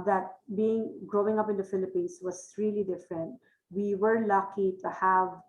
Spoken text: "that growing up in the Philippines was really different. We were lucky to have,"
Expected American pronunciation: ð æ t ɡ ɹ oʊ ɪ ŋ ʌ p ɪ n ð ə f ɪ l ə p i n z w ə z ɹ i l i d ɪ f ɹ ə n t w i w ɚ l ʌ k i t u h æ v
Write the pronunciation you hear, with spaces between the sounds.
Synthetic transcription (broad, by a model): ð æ t ɡ ɹ oʊ ɪ ŋ ʌ p ɪ n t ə f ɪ l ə p i n s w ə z ɹ i l i d ɪ f ɹ ə n t w i w ɚ l ʌ k i t u h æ v